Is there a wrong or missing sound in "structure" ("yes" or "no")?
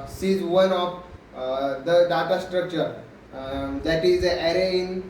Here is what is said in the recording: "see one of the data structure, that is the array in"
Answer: no